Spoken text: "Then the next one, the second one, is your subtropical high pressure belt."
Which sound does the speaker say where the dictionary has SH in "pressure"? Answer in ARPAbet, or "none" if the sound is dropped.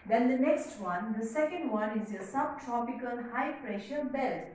SH